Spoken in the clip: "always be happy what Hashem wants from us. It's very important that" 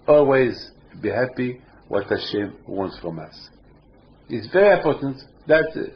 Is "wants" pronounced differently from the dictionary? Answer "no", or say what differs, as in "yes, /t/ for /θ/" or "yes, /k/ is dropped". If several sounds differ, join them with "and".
no